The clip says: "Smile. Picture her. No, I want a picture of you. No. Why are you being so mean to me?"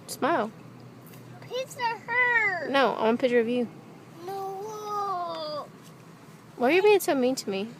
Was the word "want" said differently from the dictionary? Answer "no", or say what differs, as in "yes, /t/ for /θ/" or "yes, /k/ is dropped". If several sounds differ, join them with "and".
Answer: yes, /t/ is dropped